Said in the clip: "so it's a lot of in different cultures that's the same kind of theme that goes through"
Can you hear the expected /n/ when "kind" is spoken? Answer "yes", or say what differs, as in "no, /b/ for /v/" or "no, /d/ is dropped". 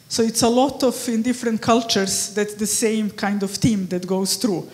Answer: yes